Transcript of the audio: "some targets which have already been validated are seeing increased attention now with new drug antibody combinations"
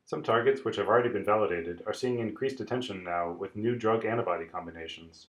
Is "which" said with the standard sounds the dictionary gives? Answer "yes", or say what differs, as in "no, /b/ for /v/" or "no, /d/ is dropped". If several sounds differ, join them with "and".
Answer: yes